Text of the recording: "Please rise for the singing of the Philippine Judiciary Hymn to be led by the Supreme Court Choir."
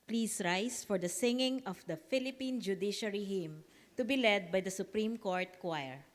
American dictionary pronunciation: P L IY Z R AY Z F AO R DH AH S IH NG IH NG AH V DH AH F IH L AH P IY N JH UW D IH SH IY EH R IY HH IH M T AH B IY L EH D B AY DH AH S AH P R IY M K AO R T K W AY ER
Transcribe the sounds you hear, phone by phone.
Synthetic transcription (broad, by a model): P L IY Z R AY S F AO R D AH S IH NG IH NG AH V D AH F IH L AH P IY N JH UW D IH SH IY R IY HH IH M T AH B IY L EH D B AY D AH S AH P R IY M K AO R T K W AY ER